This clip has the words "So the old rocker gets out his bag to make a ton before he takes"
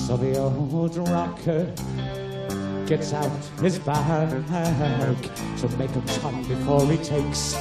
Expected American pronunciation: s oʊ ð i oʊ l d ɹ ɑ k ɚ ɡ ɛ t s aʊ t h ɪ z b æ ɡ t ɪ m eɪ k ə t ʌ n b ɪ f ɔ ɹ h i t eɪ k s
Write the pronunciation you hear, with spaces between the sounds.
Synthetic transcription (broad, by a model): s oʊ ð i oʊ d ɹ ɑ k ɚ ɡ ɛ t s aʊ t h ɪ z b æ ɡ t ɪ m eɪ k ə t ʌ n b ɪ f ɔ ɹ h i t eɪ k s